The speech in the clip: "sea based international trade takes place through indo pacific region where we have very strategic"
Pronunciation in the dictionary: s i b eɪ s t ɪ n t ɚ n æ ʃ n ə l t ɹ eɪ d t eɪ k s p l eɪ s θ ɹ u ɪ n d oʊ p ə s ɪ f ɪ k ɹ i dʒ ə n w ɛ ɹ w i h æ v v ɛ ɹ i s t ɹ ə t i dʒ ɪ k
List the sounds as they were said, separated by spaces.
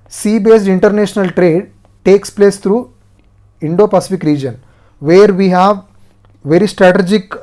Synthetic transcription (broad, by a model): s i b eɪ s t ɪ n t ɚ n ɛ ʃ n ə l t ɹ eɪ d t eɪ k s p l eɪ s t ɹ u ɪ n d oʊ p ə s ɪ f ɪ k ɹ i dʒ ə n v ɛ ɹ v i h æ v v ɛ ɹ i s t ɹ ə t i dʒ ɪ k